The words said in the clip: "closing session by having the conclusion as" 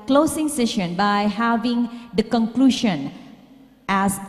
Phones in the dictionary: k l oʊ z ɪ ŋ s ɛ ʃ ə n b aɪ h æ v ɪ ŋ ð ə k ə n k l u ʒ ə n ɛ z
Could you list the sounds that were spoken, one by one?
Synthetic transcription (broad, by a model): k l oʊ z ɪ ŋ s ɛ ʃ ə n b aɪ h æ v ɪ ŋ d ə k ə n k l u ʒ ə n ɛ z